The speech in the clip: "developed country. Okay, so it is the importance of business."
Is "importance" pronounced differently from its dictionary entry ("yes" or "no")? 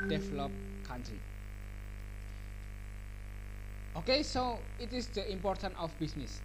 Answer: yes